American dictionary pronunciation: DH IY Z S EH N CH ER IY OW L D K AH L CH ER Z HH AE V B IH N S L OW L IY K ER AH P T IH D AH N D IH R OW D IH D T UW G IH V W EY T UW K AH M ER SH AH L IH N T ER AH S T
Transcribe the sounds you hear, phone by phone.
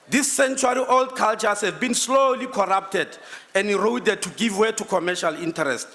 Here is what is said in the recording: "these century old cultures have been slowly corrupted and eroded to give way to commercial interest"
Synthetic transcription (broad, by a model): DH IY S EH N CH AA IY OW L D K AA L CH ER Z HH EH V B IH N S L OW L IY K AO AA P T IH D AH N D IH R OW D IH D T UW G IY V W EY T UW K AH M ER SH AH L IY N T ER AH S T